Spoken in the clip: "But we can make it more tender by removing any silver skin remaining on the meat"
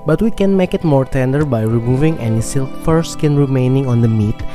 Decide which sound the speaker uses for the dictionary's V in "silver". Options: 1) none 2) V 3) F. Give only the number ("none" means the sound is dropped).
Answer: 3